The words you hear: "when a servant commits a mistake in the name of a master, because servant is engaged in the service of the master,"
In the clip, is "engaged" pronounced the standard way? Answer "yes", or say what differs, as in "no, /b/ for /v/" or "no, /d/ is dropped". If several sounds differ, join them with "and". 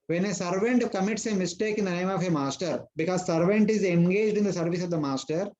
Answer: yes